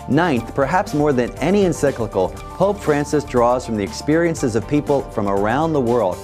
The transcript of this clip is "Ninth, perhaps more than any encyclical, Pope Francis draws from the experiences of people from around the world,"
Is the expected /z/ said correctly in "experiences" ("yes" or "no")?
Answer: yes